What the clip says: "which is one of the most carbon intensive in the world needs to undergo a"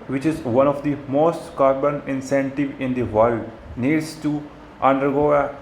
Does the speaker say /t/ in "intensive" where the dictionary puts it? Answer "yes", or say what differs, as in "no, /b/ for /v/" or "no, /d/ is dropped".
no, /s/ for /t/